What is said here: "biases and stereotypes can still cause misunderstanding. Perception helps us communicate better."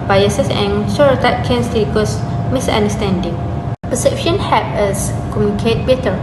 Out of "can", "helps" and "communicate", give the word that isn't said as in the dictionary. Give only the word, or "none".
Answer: helps